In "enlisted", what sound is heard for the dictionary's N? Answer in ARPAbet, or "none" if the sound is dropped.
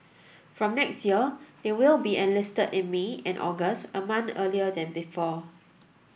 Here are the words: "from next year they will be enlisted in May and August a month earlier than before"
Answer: N